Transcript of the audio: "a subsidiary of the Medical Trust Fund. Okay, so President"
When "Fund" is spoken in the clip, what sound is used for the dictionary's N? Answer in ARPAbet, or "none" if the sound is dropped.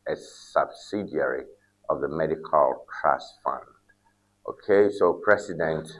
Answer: N